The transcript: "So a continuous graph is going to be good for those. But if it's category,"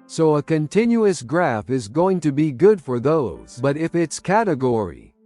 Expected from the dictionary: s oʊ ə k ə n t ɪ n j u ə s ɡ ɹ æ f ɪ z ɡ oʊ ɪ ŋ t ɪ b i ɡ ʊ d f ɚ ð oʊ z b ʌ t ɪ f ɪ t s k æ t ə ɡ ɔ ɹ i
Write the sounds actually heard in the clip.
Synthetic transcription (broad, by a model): s oʊ ə k ə n t ɪ n j u ə s ɡ ɹ æ f ɪ z ɡ oʊ ɪ ŋ t ɪ b i ɡ ʊ d f ɚ ð oʊ z b ʌ t ɪ f ɪ t s k æ t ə ɡ ɔ ɹ i